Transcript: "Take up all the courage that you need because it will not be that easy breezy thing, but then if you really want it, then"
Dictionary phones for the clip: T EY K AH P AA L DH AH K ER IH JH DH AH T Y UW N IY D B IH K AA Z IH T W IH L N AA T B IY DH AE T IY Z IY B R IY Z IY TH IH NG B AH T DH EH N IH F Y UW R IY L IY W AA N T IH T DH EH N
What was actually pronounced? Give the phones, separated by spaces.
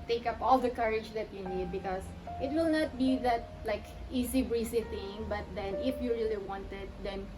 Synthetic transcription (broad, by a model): T EY K AH P AA L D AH K ER IH JH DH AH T Y UW N IY D B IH K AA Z IH T W IH L N AA T B IY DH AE T IY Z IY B R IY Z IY TH IH NG B AH T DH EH N IH F Y UW R IY L IY W AA N T IH T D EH N